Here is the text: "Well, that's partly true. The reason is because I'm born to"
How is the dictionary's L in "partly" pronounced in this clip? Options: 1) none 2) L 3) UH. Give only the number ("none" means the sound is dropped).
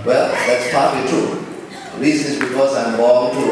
1